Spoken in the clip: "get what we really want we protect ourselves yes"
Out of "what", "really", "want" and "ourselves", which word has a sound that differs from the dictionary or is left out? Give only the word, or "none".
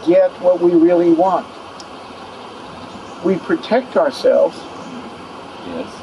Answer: none